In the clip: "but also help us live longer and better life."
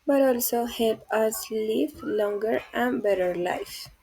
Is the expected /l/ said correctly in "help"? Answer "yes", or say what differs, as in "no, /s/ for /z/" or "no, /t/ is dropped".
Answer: yes